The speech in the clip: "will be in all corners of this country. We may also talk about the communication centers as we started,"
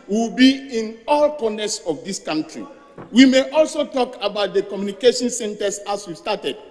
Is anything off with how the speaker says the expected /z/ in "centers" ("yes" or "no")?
yes